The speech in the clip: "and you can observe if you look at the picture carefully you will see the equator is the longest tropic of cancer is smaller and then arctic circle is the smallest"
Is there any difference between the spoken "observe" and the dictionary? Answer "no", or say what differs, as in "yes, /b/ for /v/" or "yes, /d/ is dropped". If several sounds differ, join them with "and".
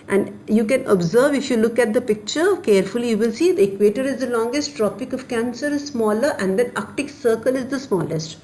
no